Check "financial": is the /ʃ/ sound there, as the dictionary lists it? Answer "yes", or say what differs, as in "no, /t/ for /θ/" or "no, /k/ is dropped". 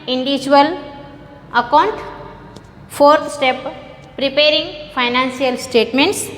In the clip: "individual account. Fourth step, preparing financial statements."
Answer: no, /s/ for /ʃ/